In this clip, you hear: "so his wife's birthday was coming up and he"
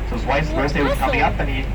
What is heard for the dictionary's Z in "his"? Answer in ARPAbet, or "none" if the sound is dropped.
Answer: S